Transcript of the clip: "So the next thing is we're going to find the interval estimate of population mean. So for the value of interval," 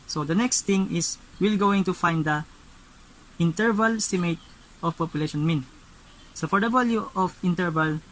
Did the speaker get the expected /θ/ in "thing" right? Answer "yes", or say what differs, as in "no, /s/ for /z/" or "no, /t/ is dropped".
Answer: no, /t/ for /θ/